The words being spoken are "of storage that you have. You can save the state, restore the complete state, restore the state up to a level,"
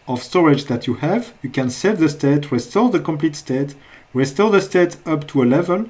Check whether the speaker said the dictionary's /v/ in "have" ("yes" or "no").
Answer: yes